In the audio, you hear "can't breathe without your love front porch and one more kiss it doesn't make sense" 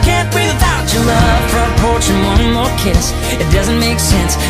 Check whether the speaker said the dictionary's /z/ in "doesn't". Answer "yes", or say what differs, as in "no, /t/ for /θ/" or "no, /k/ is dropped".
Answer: yes